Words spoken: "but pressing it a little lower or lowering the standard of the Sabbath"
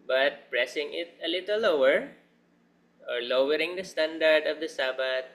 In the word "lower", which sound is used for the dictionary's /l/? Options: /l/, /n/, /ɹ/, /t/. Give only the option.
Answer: /l/